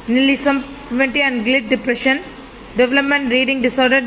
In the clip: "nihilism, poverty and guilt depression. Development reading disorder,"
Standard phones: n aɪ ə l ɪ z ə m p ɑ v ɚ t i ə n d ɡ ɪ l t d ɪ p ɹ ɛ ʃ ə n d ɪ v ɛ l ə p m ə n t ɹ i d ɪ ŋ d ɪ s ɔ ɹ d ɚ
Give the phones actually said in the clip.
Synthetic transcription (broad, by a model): n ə l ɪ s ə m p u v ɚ t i ə n d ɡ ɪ t d ɪ p ɹ ɛ ʃ ə n d ɪ v ɛ l ə p m ə n t ɹ i d ɪ ŋ d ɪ s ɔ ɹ d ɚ